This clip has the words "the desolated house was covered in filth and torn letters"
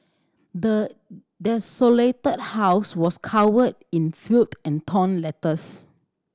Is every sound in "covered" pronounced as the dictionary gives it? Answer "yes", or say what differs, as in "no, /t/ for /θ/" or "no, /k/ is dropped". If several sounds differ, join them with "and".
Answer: no, /w/ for /v/